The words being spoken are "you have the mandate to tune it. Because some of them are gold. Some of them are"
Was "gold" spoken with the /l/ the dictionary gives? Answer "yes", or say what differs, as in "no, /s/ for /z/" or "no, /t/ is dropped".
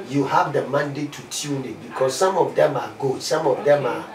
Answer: no, /l/ is dropped